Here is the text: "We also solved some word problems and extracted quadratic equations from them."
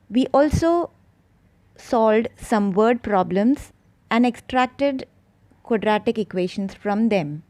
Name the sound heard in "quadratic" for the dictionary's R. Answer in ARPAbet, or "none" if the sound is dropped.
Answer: R